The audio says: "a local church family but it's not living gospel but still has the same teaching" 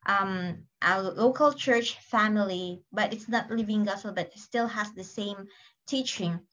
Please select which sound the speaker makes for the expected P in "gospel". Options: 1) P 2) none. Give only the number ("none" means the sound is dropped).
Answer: 2